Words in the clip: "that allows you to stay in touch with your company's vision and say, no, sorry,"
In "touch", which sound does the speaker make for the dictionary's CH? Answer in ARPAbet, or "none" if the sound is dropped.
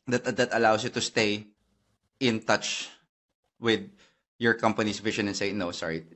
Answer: CH